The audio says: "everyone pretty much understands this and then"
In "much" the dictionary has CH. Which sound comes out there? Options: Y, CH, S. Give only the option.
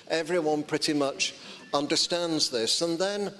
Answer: CH